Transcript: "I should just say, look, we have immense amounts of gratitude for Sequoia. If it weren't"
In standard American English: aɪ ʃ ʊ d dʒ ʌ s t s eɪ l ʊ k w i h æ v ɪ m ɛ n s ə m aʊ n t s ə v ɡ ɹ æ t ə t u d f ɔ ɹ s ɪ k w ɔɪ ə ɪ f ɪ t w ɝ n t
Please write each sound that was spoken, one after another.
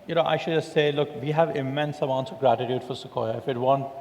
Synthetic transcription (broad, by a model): aɪ ʃ ʊ d dʒ ʌ s t s eɪ l ʊ k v i h æ v ɪ m ɛ n s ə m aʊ n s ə ɡ ɹ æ t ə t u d f ɔ ɹ s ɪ k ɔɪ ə ɪ f ɪ t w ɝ n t